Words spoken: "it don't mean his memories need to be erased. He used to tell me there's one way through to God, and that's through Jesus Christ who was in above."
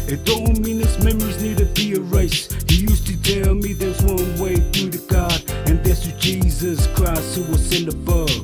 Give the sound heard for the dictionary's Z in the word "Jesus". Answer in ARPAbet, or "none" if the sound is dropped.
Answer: Z